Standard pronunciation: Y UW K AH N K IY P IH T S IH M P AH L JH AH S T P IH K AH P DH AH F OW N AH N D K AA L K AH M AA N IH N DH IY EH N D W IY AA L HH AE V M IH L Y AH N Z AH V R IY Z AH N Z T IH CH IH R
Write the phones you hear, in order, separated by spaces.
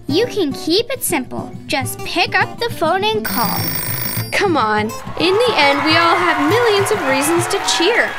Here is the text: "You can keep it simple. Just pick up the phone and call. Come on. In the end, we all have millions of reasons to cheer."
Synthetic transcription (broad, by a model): Y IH K AH N K IY P IH T S IH M P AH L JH AH S P IH K AH P DH AH F OW N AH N K AA L K AH M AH N IH N DH IY EH N D W IY AA L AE V M IH L Y AH N Z AH V R IY Z AH N Z T IH CH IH R